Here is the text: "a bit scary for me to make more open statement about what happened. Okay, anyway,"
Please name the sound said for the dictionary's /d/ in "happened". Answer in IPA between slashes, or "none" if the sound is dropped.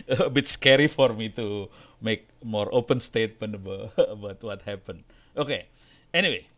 none